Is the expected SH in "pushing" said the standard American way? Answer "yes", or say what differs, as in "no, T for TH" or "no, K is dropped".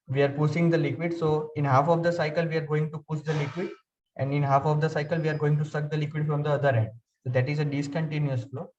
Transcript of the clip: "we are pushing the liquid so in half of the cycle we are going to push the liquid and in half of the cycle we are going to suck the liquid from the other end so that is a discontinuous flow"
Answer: no, S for SH